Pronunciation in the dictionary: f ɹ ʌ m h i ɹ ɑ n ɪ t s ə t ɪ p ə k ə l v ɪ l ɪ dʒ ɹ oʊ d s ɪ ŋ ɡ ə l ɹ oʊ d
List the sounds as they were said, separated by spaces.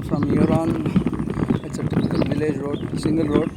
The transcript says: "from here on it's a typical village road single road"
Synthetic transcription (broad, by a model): f ɹ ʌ m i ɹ ɑ n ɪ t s ə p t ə ə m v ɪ l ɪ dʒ ɹ oʊ d s ɪ ŋ ɡ ə l ɹ oʊ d